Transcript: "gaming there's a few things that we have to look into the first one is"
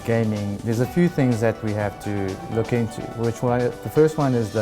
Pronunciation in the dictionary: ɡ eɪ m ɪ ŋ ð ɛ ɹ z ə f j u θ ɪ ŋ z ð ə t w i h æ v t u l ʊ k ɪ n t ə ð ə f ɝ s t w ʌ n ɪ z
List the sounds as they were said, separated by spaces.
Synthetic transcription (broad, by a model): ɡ eɪ m ɪ ŋ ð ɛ ɹ z ə f j u θ ɪ ŋ z ð ə t w i h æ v t u l ʊ k ɪ n t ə ð ə f ɝ s t w ʌ n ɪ z